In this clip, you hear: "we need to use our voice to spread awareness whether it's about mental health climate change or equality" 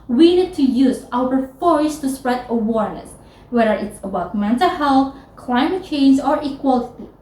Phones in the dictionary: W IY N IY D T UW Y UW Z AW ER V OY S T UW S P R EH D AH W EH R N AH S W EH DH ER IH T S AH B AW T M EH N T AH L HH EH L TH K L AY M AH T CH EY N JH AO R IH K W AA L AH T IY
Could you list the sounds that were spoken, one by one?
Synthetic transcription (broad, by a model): W IY N IY D T UW Y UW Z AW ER F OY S T UW S P R EH D AH W EH R N AH S W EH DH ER IH T S AH B AW T M EH N T AH L HH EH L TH K L AY M AH T CH EY N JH AO R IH K W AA L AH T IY